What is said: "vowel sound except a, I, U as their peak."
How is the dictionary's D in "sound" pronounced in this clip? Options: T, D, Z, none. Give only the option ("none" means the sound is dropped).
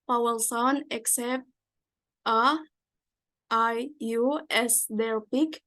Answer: none